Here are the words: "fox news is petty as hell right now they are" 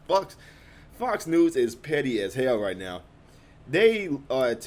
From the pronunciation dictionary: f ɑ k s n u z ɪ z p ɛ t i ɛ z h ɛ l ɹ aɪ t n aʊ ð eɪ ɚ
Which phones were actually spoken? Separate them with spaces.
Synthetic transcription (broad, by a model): f ɑ k s n u z ɪ z p ɛ t i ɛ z h ɛ l ɹ aɪ t n aʊ ð eɪ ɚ